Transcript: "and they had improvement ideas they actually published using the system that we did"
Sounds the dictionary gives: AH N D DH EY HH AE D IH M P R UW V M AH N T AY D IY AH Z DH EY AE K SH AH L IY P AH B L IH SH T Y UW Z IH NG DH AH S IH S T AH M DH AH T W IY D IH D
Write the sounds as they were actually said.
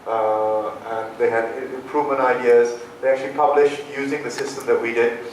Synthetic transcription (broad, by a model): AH N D DH EY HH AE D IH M P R UW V AH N AY D IY AH Z DH EY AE K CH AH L IY P AH B L IH SH T Y UW Z IH NG DH AH S IH S T AH M DH AH T W IY D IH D